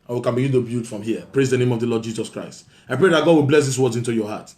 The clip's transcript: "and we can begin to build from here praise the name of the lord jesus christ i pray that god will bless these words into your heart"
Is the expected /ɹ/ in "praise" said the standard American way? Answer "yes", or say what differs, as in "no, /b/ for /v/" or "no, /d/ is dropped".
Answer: yes